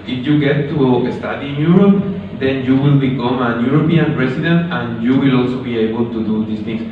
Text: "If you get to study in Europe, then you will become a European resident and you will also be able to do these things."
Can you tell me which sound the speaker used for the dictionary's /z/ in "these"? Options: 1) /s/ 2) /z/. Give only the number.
1